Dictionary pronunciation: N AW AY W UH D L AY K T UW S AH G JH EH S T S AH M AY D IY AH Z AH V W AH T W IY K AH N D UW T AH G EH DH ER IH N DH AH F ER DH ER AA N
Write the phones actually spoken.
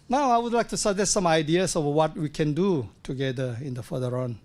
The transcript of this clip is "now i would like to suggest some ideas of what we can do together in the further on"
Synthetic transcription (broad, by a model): N AW AY W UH D L AY K T UW S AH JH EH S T S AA M AY D IY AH S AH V W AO T W IY K AH N D UW T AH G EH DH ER IH N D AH F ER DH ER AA N